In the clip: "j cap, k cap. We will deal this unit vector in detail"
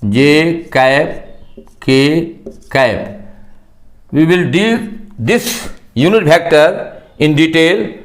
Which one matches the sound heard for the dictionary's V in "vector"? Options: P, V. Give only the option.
P